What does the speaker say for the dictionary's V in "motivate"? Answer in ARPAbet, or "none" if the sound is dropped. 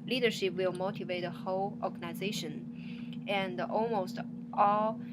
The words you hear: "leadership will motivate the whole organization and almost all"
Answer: V